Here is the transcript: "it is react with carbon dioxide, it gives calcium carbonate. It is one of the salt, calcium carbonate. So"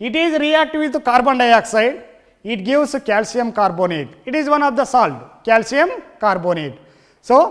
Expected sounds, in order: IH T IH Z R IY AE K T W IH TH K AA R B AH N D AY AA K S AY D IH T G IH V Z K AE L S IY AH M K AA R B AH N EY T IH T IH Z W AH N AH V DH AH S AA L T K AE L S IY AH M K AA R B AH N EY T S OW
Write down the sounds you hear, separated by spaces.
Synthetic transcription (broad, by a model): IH T IH Z R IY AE K T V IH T K AA R B AH N D AY AA K S AY D IH T G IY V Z K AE L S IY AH M K AA R B AH N EY T IH T IH Z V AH N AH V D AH S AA L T K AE L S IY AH M K AA R B AH N EY T S OW